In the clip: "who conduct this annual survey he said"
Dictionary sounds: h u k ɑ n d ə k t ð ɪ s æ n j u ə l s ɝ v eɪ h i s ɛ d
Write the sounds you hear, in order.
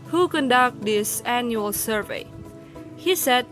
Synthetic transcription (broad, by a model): h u k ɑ n d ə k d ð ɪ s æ n j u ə l s ɝ v eɪ h i s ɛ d